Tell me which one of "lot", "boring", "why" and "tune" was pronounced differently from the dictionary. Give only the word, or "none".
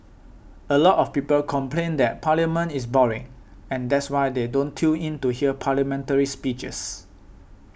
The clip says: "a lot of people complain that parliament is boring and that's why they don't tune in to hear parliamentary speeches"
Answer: tune